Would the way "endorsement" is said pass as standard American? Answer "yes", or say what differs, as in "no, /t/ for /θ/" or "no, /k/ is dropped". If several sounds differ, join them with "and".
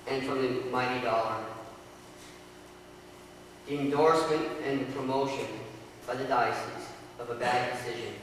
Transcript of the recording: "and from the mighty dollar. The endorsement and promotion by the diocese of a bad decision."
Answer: yes